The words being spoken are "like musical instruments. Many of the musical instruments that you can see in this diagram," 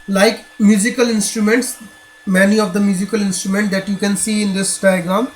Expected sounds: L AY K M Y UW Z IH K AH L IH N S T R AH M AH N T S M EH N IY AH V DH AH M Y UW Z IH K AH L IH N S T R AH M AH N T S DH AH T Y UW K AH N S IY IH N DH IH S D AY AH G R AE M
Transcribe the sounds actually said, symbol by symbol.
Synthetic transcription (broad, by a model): L AY K M Y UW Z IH K AH L IH N S T R AH M AH N T S M EH N IY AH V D AH M Y UW Z IH K AH L IH N S T R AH M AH N T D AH T Y UW K AH N S IY IH N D IH S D AY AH G R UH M